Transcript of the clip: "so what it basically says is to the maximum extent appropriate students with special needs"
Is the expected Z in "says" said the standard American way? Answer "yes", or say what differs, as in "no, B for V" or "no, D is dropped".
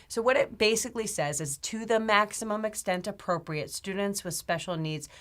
yes